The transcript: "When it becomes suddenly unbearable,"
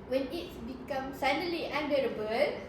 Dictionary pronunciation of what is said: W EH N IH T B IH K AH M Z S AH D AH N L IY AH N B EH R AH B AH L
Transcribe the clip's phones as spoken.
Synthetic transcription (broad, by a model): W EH N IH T B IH K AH M S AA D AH L IY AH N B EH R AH B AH L